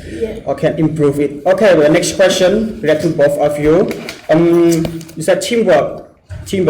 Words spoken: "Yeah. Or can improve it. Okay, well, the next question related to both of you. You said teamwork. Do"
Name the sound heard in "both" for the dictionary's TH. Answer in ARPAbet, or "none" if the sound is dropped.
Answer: F